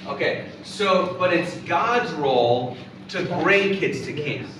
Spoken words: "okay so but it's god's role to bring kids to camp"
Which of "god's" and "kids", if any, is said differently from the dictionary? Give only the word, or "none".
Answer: none